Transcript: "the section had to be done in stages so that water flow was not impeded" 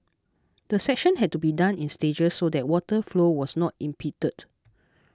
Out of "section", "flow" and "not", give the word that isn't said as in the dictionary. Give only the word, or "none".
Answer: none